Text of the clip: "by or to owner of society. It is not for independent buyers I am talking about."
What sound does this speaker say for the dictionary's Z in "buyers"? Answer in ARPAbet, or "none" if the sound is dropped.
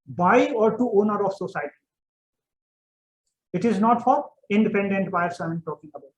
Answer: S